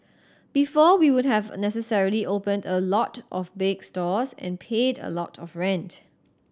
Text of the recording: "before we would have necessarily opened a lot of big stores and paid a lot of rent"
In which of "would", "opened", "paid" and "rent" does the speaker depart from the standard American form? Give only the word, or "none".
none